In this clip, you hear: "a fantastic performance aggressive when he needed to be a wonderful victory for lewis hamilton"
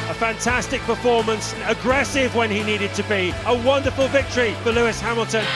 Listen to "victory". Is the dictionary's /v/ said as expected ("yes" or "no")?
yes